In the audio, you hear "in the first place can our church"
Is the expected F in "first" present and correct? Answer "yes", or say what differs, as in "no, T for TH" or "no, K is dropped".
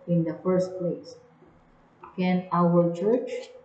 yes